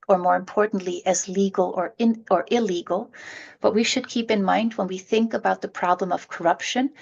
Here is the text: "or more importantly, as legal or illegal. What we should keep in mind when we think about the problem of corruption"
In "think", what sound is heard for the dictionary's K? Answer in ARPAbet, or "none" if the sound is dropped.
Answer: K